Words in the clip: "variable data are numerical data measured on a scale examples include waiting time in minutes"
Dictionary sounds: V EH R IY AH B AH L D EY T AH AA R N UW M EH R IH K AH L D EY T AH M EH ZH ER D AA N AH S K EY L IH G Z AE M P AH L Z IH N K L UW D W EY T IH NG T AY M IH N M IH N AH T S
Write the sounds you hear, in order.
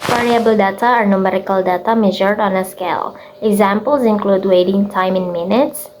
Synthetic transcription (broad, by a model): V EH R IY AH B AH L D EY T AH AA R N UW M EH R IH K AH L D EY T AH M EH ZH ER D AA N AH S K EY L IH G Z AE M P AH L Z IH N K L UW D W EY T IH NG T AY M IH N M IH N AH T S